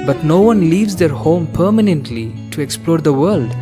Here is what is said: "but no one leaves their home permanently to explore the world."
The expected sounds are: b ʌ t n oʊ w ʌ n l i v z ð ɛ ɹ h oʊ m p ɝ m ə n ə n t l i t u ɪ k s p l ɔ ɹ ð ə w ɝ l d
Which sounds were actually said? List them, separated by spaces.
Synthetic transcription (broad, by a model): b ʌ t n oʊ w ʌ n l i v z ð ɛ ɹ h oʊ m p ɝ m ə n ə n t l i t u ɪ k s p l ɔ ɹ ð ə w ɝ l d